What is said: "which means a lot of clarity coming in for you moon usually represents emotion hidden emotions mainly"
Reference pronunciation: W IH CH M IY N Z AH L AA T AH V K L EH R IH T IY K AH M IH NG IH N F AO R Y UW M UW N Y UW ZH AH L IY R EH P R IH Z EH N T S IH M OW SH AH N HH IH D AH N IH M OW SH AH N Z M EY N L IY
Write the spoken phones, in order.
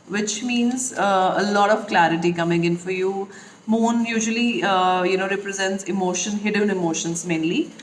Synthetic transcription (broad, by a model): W IH CH M IY N Z AH L AA T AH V K L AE R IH T IY K AH M IH NG IH N F AO R Y UW M UW N Y UW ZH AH L IY R EH P R IH Z EH N T S IH M OW SH AH N HH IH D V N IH M OW SH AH N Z M EY N L IY